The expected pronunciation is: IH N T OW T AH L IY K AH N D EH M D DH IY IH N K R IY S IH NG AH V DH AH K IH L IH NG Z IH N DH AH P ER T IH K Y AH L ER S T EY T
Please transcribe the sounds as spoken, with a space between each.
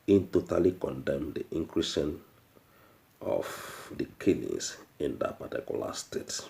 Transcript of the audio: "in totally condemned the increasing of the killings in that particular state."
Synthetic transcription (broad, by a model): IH N T OW T AH L IY K AH N D EH M D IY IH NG K R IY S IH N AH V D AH K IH N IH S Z IH N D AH P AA T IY K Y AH L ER S T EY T